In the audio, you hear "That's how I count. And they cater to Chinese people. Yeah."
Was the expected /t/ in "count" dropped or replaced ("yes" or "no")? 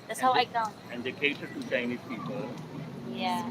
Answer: yes